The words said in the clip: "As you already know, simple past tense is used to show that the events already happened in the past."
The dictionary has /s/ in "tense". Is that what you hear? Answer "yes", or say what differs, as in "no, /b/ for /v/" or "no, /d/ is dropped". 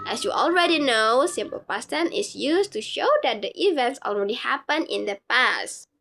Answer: no, /s/ is dropped